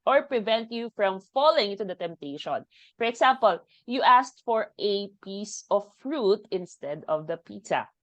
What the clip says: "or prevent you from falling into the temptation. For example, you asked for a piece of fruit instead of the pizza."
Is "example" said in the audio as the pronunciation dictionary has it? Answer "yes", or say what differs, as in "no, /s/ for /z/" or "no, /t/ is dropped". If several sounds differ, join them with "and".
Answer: no, /s/ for /z/